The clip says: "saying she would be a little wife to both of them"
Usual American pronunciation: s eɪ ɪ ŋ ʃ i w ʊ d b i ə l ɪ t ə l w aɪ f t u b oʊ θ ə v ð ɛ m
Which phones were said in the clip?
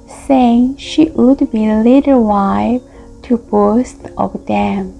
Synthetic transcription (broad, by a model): s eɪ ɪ ŋ ʃ i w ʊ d b i l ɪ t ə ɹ w aɪ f t u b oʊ t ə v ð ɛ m